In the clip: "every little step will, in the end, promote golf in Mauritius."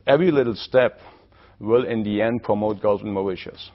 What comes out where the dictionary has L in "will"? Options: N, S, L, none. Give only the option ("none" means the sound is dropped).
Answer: L